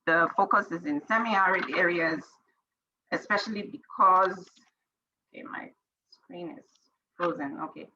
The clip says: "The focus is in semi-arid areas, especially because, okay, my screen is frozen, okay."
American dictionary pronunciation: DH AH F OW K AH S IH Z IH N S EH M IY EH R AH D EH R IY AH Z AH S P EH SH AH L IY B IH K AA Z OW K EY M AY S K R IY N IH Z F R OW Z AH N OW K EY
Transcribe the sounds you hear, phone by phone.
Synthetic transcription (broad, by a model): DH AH F OW K AH S IH Z IH N S EH M IY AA R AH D EH R IY AH Z AH S P EH SH AH L IY B IH K AA Z OW K EY M AY S K R IY N IH Z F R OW Z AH N OW K EY